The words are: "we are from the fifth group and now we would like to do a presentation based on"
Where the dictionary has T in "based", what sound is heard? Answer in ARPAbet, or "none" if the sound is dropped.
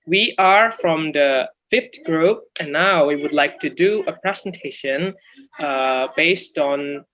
T